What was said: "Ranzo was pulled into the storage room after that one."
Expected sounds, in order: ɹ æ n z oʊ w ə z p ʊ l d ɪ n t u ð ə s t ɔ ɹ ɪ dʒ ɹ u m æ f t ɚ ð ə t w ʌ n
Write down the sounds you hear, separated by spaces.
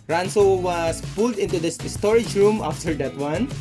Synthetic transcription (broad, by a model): ɹ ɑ n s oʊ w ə s p ʊ l d ɪ n t u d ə s t ɔ ɹ ɪ dʒ ɹ u m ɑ f t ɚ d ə t w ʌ n